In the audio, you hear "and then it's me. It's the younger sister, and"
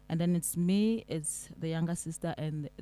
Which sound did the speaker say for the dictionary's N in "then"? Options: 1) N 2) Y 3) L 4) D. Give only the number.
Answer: 1